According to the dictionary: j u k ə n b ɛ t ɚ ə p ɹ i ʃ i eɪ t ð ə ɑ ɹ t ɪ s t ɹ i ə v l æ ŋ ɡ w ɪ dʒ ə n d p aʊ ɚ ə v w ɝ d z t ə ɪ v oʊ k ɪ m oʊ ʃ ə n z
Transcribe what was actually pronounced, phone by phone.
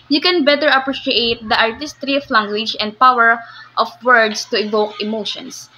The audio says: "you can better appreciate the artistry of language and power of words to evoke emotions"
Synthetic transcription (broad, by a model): j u k ə n b ɛ t ɚ ə p ɹ i ʃ i eɪ t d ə ɑ ɹ t ɪ s t ɹ i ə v l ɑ ŋ ɡ w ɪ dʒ ə n d p aʊ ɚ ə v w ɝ d s t ə ɪ v oʊ k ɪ m oʊ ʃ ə n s